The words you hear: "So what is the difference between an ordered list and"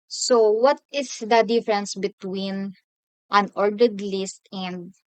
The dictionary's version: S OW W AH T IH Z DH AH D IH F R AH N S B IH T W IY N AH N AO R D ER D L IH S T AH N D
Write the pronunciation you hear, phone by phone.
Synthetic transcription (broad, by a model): S OW W AH T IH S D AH D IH F R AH N S B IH T W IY N AH N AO R D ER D L IH S T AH N D